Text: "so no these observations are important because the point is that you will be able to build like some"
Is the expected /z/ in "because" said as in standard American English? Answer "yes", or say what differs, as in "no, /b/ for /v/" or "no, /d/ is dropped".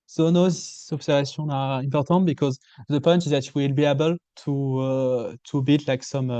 yes